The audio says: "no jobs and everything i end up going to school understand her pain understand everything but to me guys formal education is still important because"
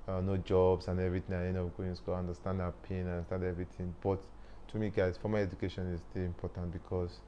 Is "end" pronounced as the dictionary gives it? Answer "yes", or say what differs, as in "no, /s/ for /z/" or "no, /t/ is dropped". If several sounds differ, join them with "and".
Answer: no, /d/ is dropped